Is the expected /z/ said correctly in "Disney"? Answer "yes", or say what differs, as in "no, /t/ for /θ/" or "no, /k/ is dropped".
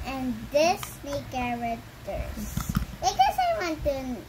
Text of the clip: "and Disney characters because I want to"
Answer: no, /s/ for /z/